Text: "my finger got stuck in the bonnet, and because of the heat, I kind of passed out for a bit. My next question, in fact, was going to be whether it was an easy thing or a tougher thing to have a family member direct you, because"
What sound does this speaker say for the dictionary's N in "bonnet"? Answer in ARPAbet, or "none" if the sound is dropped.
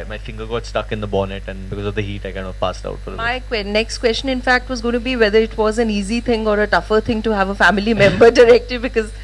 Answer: N